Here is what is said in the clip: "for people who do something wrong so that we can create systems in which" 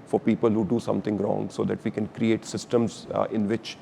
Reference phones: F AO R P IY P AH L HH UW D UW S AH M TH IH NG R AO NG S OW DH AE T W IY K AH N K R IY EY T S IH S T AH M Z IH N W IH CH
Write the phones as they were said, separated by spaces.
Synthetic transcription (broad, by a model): F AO R P IY P AH L HH UW D UW S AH M T IH NG R AO NG S OW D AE T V IY K AH N K R IY EY T S IH S T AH M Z IH N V IH CH